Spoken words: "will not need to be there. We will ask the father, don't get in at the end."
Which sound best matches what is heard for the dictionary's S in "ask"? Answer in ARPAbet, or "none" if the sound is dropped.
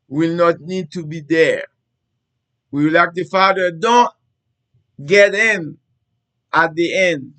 none